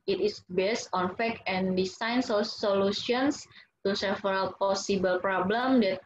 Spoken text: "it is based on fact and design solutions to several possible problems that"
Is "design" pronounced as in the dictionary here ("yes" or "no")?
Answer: no